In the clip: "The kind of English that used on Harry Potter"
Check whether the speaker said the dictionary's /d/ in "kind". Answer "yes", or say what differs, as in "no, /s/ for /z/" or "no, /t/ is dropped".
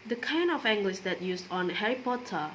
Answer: no, /d/ is dropped